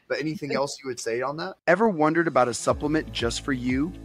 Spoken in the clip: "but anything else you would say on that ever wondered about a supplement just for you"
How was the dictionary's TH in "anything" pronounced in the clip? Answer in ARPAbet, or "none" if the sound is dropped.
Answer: TH